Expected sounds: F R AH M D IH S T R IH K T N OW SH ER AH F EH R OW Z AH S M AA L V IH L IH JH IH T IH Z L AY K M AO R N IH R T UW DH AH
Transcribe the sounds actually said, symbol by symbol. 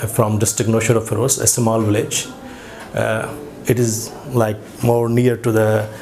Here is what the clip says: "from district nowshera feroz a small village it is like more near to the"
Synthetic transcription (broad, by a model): F R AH M D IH S T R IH K N OW SH ER AH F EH R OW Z AH S M AA L V IH L IH JH IH T IH Z L AY K M AO R N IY R T UW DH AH